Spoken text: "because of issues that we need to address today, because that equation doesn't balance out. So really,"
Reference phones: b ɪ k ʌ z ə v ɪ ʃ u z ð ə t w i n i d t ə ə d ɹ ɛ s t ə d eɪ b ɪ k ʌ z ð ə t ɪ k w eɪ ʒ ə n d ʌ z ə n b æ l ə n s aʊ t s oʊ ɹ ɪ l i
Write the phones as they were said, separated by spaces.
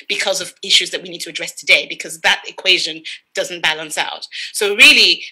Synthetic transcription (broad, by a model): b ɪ k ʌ z ə v ɪ ʃ u z ð ə t w i n i d t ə ə d ɹ ɛ s t ə d eɪ b ɪ k ʌ z ð ə t ɪ k w eɪ ʒ ə n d ʌ z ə n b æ l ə n s aʊ t s oʊ ɹ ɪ l i